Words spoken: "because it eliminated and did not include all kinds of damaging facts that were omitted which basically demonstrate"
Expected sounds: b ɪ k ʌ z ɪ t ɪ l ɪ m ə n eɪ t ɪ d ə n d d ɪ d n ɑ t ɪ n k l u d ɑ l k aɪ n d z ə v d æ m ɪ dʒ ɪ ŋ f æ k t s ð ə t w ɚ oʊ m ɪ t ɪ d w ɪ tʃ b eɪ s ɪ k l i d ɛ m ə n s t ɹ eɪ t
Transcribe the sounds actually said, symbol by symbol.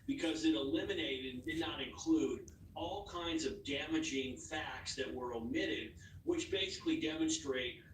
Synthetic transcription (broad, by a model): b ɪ k ʌ z ɪ t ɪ l ɪ m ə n eɪ ɪ d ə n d d ɪ d n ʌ t ɪ n k l u d ɑ l k aɪ n d z ə v d æ m ɪ dʒ ɪ ŋ f æ k t s ð ə t w ɚ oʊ m ɪ t ɪ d w ɪ tʃ b eɪ s ɪ k l i d ɛ m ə n s t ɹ eɪ t